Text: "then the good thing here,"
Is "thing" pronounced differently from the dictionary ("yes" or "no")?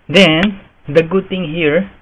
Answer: yes